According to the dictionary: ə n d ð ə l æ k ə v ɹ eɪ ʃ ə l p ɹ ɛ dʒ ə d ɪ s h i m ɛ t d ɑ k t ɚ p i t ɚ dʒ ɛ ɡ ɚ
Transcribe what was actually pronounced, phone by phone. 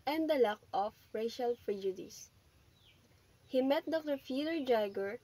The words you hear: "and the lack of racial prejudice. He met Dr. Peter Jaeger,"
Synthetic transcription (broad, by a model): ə n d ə l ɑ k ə f ɹ eɪ ʃ ə l f ɹ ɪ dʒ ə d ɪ s h i m ɛ t d ɑ k t ɚ f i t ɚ dʒ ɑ ɡ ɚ